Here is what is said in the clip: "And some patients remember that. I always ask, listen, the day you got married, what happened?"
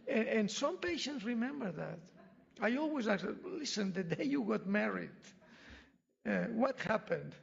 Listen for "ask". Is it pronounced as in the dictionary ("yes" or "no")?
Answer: no